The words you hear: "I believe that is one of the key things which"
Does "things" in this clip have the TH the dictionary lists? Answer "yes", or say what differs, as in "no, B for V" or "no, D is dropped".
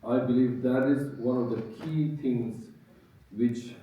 no, T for TH